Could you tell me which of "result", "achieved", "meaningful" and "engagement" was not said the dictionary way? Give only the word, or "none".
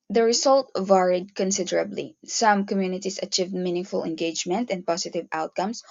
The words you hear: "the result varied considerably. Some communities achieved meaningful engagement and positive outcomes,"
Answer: result